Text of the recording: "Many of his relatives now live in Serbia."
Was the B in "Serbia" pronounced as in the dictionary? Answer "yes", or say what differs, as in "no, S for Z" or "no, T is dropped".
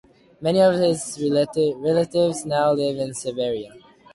no, B is dropped